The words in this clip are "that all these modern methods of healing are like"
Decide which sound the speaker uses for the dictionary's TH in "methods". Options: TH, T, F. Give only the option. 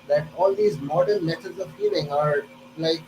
T